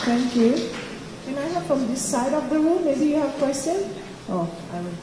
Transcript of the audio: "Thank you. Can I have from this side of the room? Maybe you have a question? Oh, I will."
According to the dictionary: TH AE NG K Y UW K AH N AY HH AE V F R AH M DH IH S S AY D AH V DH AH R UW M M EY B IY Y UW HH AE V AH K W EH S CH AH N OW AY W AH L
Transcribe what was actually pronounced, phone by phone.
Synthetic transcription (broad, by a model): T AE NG K Y UW K AH N AY HH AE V F R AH M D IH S S AY D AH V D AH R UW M M EY B IY Y UW HH AE V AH K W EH S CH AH N OW AY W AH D